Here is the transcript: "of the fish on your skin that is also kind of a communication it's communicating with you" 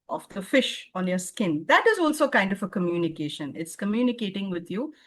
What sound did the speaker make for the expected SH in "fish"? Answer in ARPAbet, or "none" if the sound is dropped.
SH